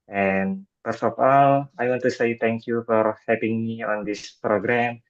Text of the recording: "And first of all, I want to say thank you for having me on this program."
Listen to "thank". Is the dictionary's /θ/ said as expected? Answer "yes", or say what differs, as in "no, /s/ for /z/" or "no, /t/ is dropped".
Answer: no, /t/ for /θ/